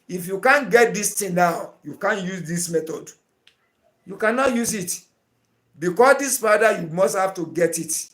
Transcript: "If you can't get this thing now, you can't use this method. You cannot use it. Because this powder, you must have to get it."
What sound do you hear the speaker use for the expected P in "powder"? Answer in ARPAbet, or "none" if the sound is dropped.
F